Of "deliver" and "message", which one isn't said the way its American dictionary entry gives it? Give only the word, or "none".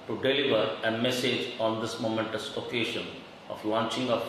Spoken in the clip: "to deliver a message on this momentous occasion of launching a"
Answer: none